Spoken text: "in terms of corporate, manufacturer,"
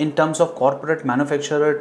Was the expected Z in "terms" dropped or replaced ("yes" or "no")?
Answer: yes